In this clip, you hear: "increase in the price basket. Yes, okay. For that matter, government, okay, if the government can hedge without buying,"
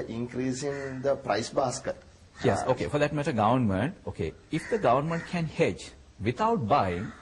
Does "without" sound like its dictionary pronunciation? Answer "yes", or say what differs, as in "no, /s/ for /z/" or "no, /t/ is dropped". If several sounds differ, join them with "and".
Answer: no, /t/ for /θ/